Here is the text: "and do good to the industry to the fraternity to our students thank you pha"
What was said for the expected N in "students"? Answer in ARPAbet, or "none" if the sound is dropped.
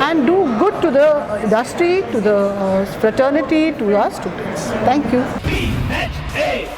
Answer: N